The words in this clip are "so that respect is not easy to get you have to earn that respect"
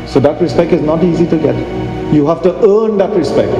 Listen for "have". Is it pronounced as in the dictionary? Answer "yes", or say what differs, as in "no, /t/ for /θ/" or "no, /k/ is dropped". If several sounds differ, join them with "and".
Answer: no, /f/ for /v/